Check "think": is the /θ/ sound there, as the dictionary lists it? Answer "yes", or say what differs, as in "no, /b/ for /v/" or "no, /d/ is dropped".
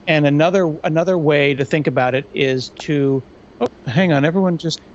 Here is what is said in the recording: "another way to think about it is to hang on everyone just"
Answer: yes